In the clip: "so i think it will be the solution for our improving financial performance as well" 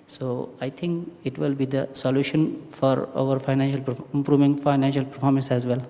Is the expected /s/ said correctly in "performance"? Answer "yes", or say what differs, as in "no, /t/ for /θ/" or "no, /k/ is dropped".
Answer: yes